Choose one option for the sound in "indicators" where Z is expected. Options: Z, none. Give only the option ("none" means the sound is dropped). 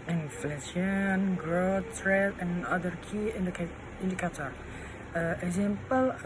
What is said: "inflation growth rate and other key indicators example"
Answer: none